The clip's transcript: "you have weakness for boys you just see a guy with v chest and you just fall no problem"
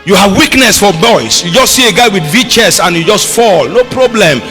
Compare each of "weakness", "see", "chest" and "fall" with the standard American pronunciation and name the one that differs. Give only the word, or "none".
chest